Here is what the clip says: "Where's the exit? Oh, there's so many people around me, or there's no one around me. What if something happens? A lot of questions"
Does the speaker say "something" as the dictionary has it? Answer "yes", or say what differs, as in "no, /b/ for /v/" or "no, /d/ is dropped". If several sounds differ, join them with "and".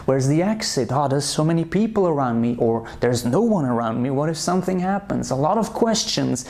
yes